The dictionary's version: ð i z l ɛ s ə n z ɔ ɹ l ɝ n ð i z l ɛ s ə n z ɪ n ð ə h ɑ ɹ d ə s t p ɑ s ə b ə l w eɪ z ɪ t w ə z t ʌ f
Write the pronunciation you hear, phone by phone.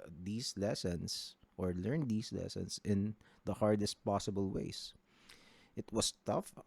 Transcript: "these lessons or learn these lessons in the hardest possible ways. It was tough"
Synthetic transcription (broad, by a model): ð i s l ɛ s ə n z ɔ ɹ l ɝ n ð i s l ɛ s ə n s ɪ n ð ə h ɑ ɹ d ə s t p ɑ s ə b ə l w eɪ s ɪ t w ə s t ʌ f